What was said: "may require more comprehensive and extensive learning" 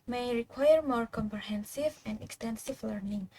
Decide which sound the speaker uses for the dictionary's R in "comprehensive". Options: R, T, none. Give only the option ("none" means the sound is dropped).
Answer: R